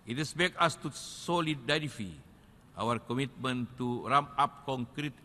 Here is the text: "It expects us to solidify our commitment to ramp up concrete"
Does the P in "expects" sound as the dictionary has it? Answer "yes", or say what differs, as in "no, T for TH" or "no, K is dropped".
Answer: no, B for P